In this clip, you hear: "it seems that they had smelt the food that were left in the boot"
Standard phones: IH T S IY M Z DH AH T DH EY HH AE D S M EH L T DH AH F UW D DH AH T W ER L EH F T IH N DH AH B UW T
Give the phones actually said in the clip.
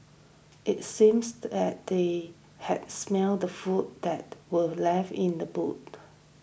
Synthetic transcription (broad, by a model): IH T S IY M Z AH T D EY HH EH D S M EH L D AH F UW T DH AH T W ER L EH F IH N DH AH B UW T